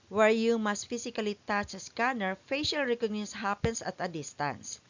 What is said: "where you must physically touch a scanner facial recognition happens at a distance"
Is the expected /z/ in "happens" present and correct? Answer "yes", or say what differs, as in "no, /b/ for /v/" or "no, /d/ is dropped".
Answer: no, /s/ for /z/